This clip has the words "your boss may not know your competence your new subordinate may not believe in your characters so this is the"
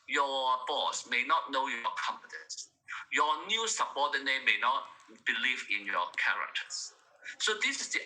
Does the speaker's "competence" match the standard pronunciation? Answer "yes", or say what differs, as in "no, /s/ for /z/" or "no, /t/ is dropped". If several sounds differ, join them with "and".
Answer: no, /f/ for /p/